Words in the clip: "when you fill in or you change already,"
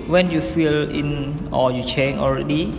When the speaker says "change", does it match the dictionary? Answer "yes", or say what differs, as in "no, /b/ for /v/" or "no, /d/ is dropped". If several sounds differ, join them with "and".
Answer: no, /dʒ/ is dropped